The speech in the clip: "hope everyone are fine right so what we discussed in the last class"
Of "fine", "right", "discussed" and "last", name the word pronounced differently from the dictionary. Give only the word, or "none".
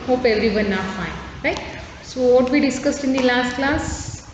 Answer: none